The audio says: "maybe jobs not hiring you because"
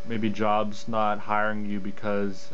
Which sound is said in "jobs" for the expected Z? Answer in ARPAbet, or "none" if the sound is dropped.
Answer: Z